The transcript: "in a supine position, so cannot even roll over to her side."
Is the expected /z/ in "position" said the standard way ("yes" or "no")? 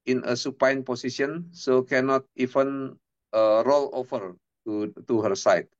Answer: no